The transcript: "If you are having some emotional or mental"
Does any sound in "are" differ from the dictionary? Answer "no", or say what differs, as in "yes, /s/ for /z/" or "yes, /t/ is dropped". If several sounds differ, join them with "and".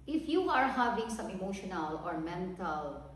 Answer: no